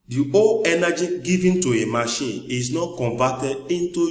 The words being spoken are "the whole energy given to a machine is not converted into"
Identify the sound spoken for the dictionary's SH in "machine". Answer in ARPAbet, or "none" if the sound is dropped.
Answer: SH